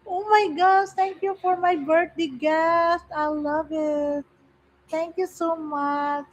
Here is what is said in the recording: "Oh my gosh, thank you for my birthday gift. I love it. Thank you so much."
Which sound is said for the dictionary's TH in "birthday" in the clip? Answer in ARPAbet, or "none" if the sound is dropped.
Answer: T